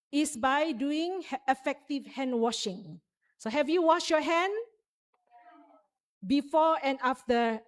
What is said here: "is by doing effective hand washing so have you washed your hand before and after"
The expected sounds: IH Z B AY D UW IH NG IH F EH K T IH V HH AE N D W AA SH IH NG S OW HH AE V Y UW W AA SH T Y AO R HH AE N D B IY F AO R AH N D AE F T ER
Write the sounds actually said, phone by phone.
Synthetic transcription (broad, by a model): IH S B AY D UW IH NG IH F EH K T IH V HH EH N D W AA SH IH NG S OW HH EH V Y UW W AA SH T Y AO HH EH N B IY F AO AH N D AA F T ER